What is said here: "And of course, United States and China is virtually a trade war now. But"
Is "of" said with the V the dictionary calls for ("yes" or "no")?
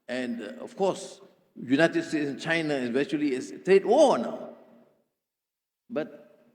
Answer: no